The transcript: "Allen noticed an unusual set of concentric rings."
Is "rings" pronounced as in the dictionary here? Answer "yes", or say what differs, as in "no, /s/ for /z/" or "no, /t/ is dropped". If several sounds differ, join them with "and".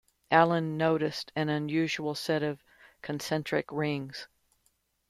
yes